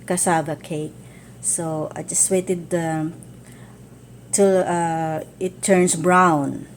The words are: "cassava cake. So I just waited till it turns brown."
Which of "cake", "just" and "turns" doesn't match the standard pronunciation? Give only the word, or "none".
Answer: turns